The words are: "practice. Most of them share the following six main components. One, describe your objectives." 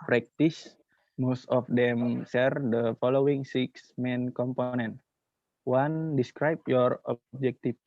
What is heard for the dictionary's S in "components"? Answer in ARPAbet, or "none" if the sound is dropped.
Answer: none